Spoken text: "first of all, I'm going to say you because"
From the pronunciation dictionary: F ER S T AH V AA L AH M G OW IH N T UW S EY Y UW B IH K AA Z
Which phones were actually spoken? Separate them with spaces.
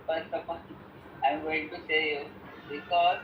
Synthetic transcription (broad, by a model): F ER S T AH P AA N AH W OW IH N T UW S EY Y UW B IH K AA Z